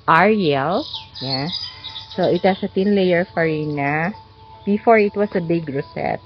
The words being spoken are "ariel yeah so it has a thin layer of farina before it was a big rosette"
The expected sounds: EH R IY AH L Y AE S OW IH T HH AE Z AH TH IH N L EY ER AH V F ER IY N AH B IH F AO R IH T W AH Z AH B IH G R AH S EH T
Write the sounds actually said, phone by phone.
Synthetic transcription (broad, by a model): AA R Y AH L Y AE S OW IH T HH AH S AH T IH N L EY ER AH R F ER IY N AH B IH F AO R IH T W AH S AH B IH G R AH S EH T